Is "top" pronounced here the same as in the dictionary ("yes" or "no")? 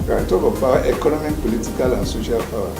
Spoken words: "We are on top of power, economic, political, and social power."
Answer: no